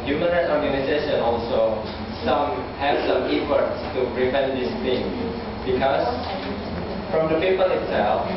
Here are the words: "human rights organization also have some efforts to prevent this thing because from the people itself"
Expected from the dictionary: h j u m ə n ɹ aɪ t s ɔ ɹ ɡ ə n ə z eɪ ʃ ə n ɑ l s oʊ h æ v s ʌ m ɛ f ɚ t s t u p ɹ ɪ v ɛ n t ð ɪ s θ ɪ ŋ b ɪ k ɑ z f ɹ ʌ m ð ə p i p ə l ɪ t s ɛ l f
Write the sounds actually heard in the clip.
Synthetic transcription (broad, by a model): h j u m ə n ɹ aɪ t ɔ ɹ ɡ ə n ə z eɪ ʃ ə n ɑ l s oʊ h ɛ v s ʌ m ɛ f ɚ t s t u p ɹ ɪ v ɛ n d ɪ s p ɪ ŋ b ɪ k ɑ s f ɹ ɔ m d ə p i p ə l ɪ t s ɛ l f